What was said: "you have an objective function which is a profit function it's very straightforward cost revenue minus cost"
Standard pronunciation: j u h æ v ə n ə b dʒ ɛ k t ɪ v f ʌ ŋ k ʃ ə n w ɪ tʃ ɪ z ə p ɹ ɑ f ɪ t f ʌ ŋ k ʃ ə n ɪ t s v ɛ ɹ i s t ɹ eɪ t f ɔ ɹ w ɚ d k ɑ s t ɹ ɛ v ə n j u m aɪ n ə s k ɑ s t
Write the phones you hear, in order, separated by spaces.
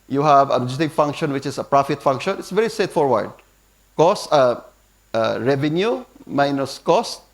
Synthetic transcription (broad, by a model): j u h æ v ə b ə dʒ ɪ t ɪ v f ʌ ŋ k ʃ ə n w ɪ tʃ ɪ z ə p ɹ ɑ f ɪ t f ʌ ŋ k ʃ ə n ɪ t s v ɛ ɹ i s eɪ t f ɔ ɹ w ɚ d k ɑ s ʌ ɹ ɛ v ə n j u m aɪ n ə s k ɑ s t